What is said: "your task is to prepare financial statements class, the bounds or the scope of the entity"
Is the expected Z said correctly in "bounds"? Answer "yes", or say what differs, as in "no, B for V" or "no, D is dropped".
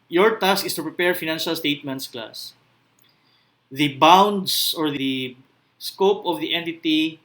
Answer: no, S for Z